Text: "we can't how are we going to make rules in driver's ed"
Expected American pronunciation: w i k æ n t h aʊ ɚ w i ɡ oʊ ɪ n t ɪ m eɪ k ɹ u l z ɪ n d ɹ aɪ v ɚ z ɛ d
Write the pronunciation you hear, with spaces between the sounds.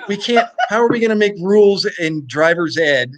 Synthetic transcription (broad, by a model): w i k æ n t h aʊ ɚ w i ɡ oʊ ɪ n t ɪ m eɪ k ɹ u l z ɪ n d ɹ aɪ v ɚ z ɛ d